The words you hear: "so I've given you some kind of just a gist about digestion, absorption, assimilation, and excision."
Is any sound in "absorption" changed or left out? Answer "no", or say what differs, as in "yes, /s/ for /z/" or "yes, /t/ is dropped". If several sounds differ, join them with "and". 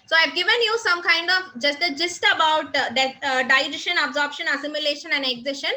no